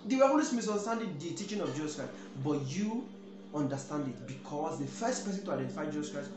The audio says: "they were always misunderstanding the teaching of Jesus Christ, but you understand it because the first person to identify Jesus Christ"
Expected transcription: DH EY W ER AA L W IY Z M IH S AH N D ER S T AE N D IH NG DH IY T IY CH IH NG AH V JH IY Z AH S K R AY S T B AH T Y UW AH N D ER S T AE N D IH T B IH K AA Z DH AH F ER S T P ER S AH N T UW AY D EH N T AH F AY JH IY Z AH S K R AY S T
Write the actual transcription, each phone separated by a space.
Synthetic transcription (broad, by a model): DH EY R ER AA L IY S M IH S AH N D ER S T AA N D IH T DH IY T IY CH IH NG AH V JH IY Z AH S K R AY S T B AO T Y UW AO N D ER S T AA N D IH T B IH K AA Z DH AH F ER S T P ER S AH N T UW AY D EH N T AH F AY JH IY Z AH S K R AY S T